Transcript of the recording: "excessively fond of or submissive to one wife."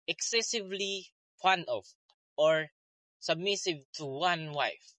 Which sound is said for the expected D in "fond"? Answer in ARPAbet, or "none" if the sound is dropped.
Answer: none